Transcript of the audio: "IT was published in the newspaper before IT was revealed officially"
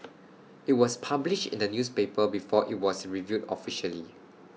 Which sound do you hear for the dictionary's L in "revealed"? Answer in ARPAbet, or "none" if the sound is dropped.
none